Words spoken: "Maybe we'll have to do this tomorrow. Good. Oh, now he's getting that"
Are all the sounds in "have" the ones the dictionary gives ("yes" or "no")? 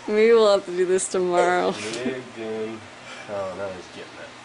no